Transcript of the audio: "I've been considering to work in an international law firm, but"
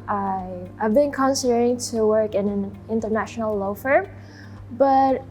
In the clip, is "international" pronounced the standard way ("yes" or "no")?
yes